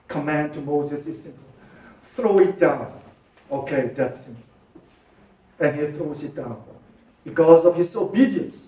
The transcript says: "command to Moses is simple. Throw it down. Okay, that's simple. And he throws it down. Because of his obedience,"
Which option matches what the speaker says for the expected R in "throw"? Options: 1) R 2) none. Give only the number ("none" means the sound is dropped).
1